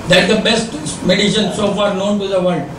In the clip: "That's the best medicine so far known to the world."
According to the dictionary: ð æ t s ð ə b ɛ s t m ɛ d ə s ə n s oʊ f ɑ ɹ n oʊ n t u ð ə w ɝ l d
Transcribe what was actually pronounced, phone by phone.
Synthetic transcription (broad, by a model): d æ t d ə b ɛ s t m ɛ d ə ʃ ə n s oʊ f ɑ ɹ n oʊ n t u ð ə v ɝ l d